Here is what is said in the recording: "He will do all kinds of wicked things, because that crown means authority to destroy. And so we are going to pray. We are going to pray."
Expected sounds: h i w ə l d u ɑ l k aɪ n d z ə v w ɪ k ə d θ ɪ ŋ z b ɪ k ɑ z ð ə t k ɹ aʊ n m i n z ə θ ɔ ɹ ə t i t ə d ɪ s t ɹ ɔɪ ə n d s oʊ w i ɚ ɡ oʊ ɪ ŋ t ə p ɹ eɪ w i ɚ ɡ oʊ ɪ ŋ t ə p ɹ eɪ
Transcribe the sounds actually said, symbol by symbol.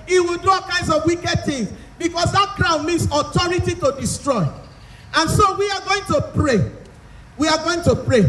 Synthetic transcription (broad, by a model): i w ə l d u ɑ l k aɪ n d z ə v w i k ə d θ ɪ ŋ s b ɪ k ɑ s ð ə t k ɹ aʊ n m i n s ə t ɔ ɹ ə t i t ə d ɪ s t ɹ ɔɪ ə n s oʊ w i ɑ ɡ oʊ ɪ ŋ t ə p ɹ eɪ w i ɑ ɡ oʊ ɪ ŋ t ə p ɹ eɪ